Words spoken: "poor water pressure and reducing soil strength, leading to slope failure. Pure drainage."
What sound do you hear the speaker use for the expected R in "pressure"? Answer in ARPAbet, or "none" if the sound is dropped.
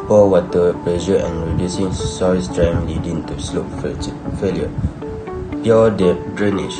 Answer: L